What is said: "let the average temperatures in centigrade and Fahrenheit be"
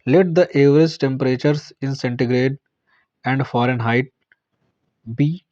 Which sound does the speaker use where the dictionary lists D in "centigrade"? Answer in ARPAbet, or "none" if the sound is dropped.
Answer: D